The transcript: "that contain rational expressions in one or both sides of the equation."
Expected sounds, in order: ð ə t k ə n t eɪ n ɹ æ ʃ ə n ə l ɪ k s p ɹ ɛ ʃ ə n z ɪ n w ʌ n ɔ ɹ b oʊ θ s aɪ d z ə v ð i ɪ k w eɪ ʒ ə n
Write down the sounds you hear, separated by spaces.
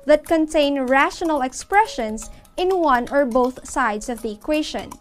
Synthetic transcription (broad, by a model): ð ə t k ə n t eɪ n ɹ æ ʃ ə n ə l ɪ k s p ɹ ɛ ʃ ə n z ɪ n w ʌ n ɔ ɹ b oʊ θ s aɪ d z ə v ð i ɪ k w eɪ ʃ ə n